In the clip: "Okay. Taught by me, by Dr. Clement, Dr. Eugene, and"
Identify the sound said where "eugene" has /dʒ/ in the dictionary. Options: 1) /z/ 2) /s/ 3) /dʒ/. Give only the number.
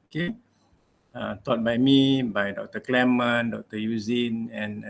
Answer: 1